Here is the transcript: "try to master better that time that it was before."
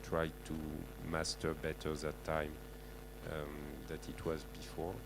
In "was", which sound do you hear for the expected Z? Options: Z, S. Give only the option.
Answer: Z